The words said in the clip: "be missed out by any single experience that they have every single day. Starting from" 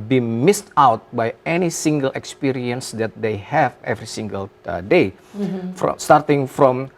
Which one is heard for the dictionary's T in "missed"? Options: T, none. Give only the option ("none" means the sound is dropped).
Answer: T